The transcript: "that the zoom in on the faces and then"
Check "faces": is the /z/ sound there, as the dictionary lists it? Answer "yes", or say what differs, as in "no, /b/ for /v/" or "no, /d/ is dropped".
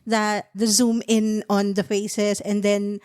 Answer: no, /s/ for /z/